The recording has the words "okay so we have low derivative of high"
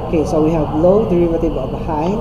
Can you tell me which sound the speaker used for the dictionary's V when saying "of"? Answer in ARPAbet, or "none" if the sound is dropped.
B